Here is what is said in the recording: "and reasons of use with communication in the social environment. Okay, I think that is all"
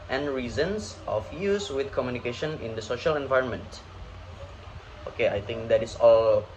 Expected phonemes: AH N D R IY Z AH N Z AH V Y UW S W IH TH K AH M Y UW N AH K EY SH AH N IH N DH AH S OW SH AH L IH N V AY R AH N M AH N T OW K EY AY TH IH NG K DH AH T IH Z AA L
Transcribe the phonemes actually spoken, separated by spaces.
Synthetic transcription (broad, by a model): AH N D R IY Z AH N S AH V Y UW S W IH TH K AH M Y UW N AH K EY SH AH N IH N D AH S OW SH AH L IH N V AY R AH N M AH N T OW K EY AY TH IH NG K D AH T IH S AA L